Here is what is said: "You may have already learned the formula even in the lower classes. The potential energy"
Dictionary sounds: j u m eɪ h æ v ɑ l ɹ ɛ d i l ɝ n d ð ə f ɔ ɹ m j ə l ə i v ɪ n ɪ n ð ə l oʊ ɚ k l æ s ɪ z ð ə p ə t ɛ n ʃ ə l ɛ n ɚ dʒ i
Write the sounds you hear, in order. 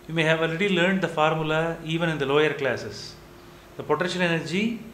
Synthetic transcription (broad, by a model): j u m eɪ h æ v ɑ l ɹ ɛ d i l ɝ n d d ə f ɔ ɹ m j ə l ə i v ɪ n ɪ n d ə l oʊ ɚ k l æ s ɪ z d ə p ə t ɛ ʃ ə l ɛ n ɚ dʒ i